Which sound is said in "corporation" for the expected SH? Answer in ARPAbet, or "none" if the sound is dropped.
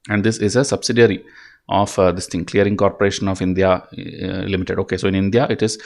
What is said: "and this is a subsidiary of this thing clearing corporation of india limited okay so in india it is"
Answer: SH